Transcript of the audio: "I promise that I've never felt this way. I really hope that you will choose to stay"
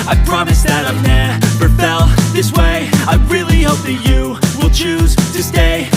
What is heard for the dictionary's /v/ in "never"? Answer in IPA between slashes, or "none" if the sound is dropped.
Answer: /b/